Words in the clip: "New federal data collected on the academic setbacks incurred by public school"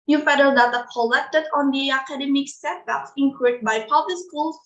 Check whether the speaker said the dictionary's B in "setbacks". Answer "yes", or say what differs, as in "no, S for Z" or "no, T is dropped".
no, B is dropped